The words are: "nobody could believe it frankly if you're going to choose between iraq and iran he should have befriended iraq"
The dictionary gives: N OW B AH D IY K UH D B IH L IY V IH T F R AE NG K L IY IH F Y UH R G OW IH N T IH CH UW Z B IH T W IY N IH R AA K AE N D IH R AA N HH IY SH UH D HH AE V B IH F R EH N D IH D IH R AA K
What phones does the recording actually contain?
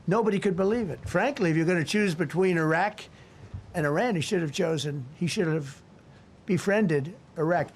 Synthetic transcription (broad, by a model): N OW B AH D IY K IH D B IH L IY V IH T F R AE NG K L IY IH F Y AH R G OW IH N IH CH UW Z B IH T W IY N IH R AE K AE N D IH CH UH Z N IY SH UH D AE V B IH F R EH N D IH D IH R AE K